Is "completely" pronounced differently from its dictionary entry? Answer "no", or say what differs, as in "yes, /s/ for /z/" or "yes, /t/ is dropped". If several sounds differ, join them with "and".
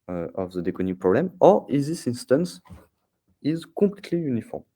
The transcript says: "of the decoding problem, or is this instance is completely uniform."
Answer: yes, /m/ is dropped